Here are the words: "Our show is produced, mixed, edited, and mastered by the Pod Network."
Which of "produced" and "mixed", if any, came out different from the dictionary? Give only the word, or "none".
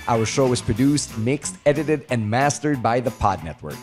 none